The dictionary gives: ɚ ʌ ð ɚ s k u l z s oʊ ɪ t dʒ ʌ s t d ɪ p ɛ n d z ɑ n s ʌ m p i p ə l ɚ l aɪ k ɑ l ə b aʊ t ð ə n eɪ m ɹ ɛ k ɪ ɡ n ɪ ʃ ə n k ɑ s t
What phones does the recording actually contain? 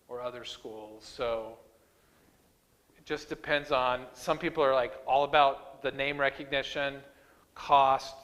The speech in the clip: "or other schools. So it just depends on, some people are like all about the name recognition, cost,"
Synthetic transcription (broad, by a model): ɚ ʌ ð ɚ s k u l z s oʊ ɪ t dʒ ʌ s d ɪ p ɛ n d z n s ʌ m p i p l ɚ l aɪ k ɑ l ə b aʊ t ð ə n eɪ m ɹ ɛ k ɪ ɡ n ɪ ʃ ə n k ɑ s t